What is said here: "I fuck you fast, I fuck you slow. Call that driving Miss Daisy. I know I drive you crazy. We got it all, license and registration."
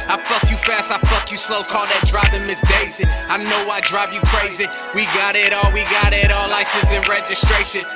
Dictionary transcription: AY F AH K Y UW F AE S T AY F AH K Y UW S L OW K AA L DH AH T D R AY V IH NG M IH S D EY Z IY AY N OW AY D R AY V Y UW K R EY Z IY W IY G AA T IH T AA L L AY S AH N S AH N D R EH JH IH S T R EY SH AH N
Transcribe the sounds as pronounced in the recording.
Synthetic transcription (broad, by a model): AY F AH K Y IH F AE S T AY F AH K Y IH S L OW K AA L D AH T D R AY B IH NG M IH S D EY Z IY AY N OW AY D R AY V Y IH K R EY Z IY W IY G AA T IH T AA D L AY S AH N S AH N R EH JH IH S T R EY SH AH N